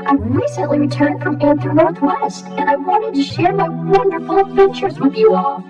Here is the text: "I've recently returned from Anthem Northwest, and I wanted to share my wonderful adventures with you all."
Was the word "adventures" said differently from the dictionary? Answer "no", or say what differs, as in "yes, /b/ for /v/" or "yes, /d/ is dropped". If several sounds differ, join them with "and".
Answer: yes, /n/ is dropped